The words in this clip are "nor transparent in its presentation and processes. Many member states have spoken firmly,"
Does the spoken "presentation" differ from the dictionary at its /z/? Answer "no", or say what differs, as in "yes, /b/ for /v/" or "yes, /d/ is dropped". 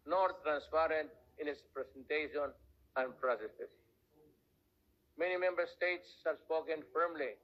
yes, /s/ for /z/